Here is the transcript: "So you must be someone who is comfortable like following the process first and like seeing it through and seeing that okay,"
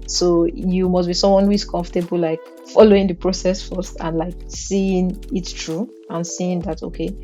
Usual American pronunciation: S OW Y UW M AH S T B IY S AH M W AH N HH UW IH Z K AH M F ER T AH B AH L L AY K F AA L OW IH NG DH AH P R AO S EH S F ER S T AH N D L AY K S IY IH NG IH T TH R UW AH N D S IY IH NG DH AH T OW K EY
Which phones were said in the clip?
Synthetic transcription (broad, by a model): S OW Y UW M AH S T B IY S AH M W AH N HH UW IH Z K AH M F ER T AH B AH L L AY K F AA L OW IH NG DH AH P R AO S EH S F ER S T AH N L AY K S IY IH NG IH T T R UW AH N S IY IH NG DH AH T OW K EY